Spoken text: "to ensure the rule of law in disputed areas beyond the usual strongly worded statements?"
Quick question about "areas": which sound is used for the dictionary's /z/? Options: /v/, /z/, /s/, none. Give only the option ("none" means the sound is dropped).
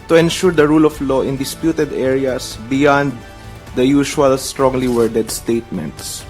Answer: /s/